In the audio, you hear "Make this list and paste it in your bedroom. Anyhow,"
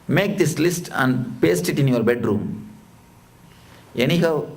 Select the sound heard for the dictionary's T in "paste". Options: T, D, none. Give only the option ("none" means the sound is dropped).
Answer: T